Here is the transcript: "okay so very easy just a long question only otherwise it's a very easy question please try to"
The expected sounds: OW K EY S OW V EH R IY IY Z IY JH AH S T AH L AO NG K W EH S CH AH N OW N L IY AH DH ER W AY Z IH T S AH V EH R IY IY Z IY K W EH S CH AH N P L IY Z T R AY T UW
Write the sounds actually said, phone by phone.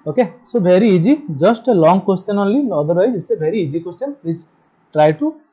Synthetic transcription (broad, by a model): OW K EY S OW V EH R IY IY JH IY JH AH S T AH L AO NG K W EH S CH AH N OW L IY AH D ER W AY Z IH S AH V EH R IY IY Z IY K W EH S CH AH N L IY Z T R AY T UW